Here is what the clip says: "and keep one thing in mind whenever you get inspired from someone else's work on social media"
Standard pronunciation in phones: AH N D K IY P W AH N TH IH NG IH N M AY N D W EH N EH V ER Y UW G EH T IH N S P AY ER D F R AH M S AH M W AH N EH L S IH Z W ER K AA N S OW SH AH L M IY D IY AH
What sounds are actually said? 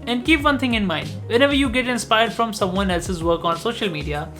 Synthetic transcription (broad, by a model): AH N D K IY P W AH N T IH NG IH N M AY N D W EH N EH V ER Y UW G EH T IH N S P AY ER D F R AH M S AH M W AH N EH L S IH Z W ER K AA N S OW SH AH L M IY D IY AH